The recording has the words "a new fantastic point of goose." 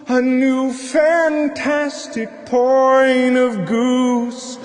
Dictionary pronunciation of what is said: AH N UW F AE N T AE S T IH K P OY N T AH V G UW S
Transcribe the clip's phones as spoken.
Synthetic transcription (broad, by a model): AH N UW F AE N T AE S T IH K P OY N AH V G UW S